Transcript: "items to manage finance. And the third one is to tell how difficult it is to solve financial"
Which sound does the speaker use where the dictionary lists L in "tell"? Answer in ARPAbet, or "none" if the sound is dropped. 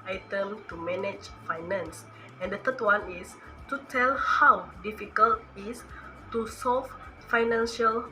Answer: L